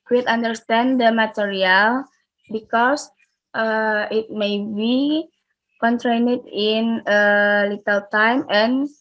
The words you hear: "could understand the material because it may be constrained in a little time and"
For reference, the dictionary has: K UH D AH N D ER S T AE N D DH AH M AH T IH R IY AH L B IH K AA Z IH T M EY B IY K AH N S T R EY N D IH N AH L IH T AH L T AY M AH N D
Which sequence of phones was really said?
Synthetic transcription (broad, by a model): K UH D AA N D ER S T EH N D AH M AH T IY R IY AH L B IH K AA S IH T M EY B IY K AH N T R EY N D IH N AH L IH T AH L T AY M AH N